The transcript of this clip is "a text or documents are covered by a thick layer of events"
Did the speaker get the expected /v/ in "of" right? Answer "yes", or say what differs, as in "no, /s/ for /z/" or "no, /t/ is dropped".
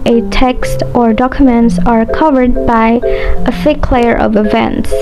yes